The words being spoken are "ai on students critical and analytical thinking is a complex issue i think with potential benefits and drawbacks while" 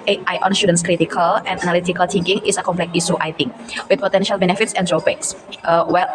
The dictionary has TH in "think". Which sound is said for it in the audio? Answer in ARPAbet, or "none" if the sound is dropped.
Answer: T